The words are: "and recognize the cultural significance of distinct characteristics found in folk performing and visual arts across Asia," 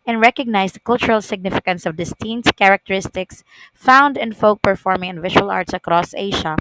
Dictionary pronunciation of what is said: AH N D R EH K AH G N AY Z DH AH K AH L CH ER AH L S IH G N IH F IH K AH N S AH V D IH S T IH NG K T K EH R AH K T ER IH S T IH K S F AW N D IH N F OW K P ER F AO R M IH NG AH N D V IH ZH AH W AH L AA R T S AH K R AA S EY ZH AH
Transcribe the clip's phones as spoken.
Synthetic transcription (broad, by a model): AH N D R EH K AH G N AY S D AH K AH L CH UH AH L S IH G N IH F IH K AH N S AH V D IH S T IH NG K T K EH R AH K T ER IH S T IH K S F AW N D IH N F OW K P ER F AO R M IH NG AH N V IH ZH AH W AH L AA R T S AH K R AA S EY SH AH